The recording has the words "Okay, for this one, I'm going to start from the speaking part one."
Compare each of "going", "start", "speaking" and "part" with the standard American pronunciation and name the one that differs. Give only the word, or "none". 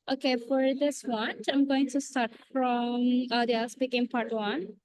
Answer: speaking